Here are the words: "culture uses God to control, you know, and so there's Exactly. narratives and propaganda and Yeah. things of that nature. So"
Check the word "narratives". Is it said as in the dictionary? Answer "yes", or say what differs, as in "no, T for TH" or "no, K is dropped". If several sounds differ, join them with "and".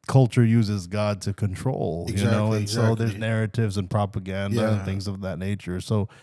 yes